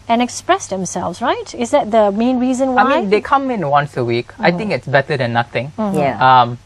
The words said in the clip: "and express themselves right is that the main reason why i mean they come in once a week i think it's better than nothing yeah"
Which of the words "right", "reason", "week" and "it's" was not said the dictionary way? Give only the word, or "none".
none